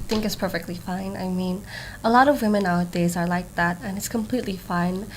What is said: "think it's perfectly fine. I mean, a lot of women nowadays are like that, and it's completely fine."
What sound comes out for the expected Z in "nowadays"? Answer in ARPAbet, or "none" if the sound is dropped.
Z